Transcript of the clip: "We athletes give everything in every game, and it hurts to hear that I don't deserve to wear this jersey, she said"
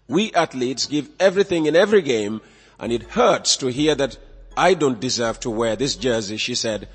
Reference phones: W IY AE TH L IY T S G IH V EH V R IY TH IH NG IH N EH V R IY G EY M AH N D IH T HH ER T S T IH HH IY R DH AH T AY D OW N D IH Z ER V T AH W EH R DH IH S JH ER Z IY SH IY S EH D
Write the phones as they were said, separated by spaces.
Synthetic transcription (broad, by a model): W IY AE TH L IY T S G IH V EH V R IY TH IH NG IH N EH V R IY G EY M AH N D IH T HH ER T S T IH HH IY R DH AH T AY D OW N D IH Z ER V T AH W EH R DH IH S JH ER Z IY SH IY S EH D